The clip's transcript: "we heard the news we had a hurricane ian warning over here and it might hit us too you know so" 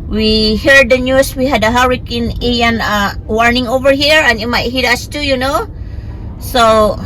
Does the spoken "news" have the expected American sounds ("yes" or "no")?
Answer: no